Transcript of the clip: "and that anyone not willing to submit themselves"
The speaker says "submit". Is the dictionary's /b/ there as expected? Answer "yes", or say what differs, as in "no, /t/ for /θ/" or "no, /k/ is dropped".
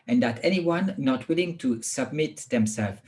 yes